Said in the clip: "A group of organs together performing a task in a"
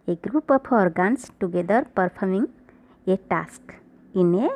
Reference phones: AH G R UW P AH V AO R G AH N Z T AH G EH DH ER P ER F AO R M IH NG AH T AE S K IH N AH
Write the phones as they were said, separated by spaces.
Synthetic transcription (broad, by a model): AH G R UW P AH P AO R G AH N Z T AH G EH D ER P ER P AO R M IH NG AH T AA S K IH N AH